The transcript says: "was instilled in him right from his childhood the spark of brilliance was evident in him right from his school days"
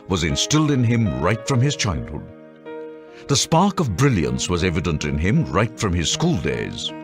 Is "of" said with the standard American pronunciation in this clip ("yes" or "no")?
yes